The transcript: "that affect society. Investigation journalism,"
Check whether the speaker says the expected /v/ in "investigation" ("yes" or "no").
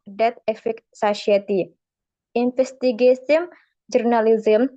no